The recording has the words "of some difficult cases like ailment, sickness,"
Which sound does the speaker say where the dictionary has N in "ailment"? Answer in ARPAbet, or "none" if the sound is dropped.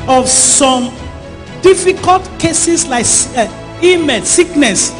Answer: none